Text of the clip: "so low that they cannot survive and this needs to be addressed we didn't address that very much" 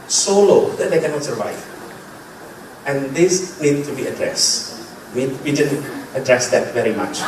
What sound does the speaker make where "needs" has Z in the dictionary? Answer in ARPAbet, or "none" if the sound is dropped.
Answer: none